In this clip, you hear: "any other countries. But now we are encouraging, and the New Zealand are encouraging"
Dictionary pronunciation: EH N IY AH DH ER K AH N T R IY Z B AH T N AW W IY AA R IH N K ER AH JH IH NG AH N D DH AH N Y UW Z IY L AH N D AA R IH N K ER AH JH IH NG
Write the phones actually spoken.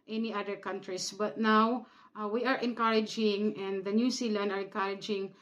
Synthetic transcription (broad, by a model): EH N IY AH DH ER K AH N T R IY S B AH T N AW W IY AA R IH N K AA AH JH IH NG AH N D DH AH N Y UW S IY L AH N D AA R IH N K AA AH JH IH NG